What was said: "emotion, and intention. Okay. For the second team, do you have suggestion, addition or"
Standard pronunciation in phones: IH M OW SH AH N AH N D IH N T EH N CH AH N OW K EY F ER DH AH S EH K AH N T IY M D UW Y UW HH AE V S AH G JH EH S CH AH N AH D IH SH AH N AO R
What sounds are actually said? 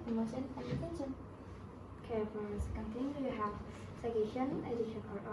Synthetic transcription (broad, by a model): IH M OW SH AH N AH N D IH T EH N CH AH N K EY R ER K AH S K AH N T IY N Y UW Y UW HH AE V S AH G EH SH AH N AH D IH SH AH N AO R